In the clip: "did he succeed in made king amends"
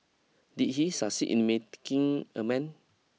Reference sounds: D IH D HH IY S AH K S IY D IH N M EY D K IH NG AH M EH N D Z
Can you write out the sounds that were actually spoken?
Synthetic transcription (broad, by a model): D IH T HH IY S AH S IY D IH N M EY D K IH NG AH M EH N